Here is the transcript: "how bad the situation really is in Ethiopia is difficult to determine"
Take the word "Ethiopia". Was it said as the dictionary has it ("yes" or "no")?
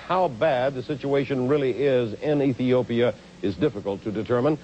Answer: yes